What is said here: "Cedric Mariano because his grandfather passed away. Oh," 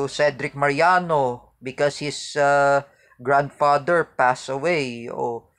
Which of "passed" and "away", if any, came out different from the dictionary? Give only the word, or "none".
passed